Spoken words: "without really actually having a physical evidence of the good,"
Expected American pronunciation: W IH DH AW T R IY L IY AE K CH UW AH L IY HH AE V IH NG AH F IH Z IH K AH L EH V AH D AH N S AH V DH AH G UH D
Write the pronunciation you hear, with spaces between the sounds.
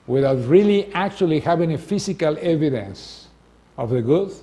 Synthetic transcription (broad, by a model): W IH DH AW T R IY L IY AE K CH UW AH L IY HH AE V IH NG AH F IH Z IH K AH L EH V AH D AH N S AH V DH AH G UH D